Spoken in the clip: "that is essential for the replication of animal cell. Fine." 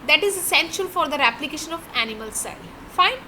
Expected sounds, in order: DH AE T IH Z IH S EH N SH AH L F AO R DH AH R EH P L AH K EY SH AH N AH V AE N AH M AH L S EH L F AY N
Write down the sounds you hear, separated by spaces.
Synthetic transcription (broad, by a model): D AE T IH Z IH S EH N SH AH L F AO R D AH R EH P L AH K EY SH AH N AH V AE N AH M AH L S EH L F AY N